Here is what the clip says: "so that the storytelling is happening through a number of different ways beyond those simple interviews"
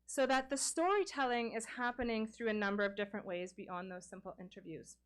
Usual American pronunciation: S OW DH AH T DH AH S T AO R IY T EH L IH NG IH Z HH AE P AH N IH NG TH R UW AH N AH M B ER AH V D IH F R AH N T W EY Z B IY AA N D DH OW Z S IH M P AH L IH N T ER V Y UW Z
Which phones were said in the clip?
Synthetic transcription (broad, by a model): S OW DH AH T DH AH S T AO R IY T EH L IH NG IH Z HH AE P AH N IH NG TH R UW AH N AH M B ER AH V D IH F R AH N T W EY Z B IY AA N DH OW Z S IH M P L IH N T ER V Y UW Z